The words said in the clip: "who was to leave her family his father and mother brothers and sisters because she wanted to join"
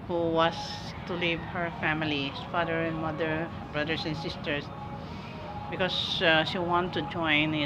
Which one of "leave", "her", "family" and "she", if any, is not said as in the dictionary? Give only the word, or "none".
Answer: family